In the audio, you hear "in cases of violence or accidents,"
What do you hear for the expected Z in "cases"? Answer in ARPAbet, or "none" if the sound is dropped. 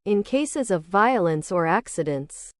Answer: Z